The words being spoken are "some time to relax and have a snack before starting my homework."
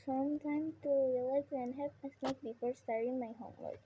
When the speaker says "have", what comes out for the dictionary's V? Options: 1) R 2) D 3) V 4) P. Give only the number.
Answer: 4